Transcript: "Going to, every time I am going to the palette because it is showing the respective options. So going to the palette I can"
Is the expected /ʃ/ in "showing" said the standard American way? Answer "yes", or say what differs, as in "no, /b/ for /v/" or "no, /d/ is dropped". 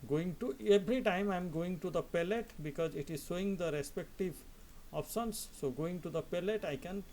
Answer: no, /s/ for /ʃ/